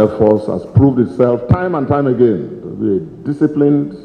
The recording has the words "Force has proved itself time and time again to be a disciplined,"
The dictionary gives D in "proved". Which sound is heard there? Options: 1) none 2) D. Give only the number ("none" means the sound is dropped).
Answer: 2